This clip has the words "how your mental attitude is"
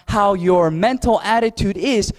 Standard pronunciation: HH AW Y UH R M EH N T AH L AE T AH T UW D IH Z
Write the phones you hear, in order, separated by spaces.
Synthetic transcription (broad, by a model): HH AW Y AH R M EH N T L AE T AH T UW D IH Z